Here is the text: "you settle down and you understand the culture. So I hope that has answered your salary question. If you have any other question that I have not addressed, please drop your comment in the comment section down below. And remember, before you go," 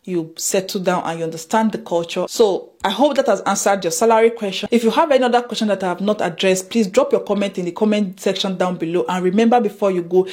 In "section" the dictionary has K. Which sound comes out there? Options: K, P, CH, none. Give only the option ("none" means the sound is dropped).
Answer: K